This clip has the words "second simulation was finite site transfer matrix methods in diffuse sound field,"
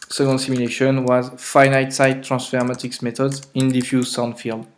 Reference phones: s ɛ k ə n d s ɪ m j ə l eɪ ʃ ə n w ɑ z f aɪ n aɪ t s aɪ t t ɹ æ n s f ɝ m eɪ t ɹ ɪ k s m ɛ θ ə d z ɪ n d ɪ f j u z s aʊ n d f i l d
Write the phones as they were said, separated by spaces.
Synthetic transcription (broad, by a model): s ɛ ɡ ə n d s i m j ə l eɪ ʃ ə n w ɑ z f aɪ n aɪ t s aɪ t t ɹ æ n s f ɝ m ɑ t ɪ k s m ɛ t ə d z ɪ n d ɪ f j u z s aʊ n d f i l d